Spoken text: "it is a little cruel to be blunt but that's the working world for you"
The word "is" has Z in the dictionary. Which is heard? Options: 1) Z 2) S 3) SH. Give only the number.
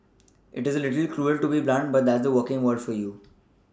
1